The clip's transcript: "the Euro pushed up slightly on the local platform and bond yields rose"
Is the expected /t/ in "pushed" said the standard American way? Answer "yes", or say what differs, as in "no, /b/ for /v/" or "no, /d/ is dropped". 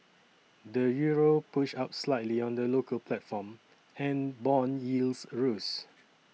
no, /t/ is dropped